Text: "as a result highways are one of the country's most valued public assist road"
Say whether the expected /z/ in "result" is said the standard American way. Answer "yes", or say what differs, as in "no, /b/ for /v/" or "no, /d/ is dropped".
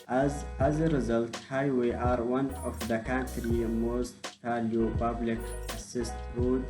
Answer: yes